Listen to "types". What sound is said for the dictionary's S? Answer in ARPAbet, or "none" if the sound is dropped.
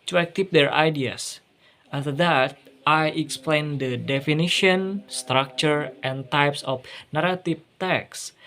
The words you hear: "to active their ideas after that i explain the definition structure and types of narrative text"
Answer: S